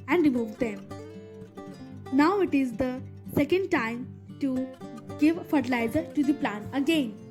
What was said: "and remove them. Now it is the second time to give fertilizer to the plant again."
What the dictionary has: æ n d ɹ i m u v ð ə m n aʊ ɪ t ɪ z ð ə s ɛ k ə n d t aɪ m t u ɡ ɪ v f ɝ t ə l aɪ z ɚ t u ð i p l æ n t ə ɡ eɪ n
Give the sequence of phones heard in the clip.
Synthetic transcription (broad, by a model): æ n d ɹ i m u v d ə m n aʊ ɪ t ɪ z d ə s ɛ k ə n d t aɪ m t u ɡ ɪ v f ɝ t ə l aɪ z ɚ t u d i p l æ n ə ɡ eɪ n